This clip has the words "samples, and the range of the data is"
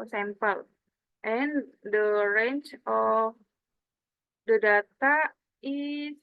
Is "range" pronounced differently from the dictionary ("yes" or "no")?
yes